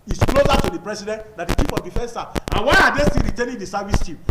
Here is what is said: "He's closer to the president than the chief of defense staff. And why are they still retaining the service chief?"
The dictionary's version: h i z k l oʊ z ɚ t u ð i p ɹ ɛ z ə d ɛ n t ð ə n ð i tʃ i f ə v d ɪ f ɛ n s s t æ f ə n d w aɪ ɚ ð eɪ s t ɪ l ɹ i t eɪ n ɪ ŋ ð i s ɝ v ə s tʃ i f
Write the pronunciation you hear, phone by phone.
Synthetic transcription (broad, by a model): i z k l oʊ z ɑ t u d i p ɹ ɛ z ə d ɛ n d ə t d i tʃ i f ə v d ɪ f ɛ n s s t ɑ ə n w aɪ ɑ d eɪ s t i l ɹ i t eɪ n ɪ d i s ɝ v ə s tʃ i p